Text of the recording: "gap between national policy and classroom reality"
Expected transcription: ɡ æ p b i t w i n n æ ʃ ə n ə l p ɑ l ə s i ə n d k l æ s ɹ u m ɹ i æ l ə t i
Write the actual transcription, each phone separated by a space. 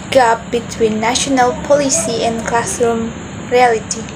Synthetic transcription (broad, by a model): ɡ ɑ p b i t w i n n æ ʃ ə n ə l p ɑ l ə s i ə n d k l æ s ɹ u m ɹ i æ l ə t i